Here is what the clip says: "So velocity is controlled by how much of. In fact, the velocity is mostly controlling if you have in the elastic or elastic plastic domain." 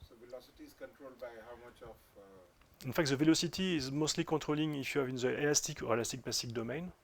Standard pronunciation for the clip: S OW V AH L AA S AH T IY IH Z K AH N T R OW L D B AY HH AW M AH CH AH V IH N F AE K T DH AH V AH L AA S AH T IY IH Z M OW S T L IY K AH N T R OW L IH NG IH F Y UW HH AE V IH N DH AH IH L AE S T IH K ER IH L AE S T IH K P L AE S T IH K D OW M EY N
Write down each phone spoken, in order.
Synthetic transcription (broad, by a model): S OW V AH L AA S AH T IY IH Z K AH N T R OW L D B AY HH AW M AH CH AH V IH N F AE K T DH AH V AH L AA S AH T IY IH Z M OW S T L IY K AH T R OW L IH NG IH F Y UW HH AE V IH N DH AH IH L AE S T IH K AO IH L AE S T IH K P L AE S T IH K D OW M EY N